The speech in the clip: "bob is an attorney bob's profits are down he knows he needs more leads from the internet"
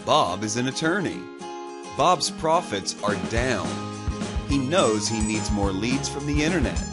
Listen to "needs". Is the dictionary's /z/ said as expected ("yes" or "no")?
yes